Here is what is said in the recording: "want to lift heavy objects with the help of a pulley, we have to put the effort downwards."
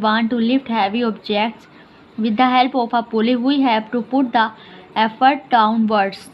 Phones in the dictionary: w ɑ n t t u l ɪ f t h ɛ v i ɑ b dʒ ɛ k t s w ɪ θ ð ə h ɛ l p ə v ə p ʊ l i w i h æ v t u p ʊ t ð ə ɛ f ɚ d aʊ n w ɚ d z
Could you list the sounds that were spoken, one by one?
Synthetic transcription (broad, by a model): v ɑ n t t u l ɪ f t h ɛ v i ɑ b dʒ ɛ k t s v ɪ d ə h ɛ l p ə p ə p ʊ l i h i h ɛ p t u p ʊ t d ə ɛ f ɚ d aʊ n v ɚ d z